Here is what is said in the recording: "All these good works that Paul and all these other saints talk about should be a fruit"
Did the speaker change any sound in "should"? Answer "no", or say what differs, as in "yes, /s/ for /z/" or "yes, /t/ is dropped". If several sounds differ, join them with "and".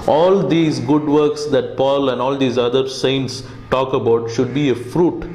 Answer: no